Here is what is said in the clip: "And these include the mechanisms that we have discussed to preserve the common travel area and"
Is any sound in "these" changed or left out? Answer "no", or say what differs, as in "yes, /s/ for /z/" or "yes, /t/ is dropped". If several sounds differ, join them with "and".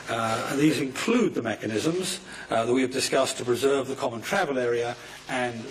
no